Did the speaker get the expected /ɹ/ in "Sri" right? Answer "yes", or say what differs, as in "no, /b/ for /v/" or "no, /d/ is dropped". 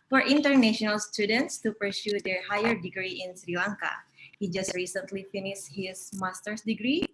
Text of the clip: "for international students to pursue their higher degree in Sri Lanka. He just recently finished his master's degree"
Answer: yes